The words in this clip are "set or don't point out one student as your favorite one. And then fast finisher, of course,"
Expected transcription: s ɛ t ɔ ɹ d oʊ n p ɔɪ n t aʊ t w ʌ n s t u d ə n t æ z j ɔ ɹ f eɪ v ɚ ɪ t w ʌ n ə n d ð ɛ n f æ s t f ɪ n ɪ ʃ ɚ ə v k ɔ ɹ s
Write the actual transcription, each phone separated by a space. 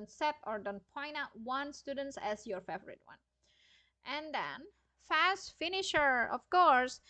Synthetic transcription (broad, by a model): s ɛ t ɔ ɹ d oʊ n p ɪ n aʊ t w ʌ n s t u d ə n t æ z j ɔ ɹ f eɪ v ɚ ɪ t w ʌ n ə n d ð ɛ n f æ s t f ɪ n ɪ ʃ ɚ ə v k ɔ ɹ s